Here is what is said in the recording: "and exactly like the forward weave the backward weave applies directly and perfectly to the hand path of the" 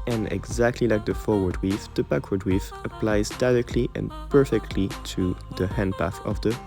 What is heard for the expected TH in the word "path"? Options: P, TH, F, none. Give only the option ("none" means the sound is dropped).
TH